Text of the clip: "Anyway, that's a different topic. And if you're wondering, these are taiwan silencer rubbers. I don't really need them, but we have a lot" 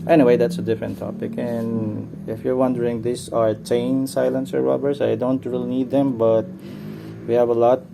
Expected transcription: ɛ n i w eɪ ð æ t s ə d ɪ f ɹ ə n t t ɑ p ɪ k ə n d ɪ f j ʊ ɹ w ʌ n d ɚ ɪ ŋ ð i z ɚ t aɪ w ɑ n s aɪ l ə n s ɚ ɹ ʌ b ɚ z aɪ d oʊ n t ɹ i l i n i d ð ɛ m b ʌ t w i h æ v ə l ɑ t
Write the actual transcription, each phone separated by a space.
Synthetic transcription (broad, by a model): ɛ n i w eɪ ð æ t s ə d ɪ f ɹ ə n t t ɑ p ɪ k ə n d ɪ f j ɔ ɹ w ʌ n d ɚ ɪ ŋ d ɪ s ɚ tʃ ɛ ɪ n s aɪ l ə n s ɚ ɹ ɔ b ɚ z aɪ d oʊ n t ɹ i l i n i d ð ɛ m b ʌ t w i h æ v ə l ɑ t